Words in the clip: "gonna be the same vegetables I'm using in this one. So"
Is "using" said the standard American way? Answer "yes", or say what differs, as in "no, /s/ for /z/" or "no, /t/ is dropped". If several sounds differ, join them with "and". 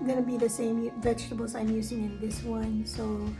yes